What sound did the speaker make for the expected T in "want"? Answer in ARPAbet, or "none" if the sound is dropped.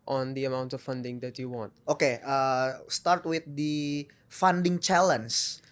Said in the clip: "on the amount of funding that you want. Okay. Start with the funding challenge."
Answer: T